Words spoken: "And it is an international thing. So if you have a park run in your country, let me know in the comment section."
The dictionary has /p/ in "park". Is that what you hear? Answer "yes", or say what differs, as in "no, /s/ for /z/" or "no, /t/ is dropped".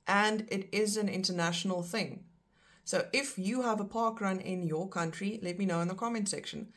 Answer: yes